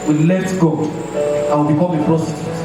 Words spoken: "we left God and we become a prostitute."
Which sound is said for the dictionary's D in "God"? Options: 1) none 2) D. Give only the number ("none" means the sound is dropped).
1